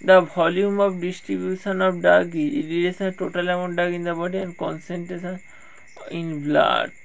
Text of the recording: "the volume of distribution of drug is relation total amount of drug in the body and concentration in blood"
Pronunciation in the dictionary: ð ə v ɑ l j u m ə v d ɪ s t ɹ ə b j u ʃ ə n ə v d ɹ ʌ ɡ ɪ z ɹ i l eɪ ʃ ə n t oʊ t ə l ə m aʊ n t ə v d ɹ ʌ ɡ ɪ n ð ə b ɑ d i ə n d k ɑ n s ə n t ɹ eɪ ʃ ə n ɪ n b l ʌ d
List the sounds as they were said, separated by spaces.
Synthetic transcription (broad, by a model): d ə b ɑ l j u m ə b d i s t ɹ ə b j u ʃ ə n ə b d ɑ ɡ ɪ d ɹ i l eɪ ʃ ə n t oʊ t ə l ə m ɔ n d ɑ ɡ ɪ n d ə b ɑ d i ə n d k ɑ n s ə n t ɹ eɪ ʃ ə n ɪ n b l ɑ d